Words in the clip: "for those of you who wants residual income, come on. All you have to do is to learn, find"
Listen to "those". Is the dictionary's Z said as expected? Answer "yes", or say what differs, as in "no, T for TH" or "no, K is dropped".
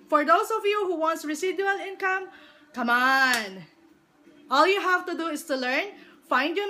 no, S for Z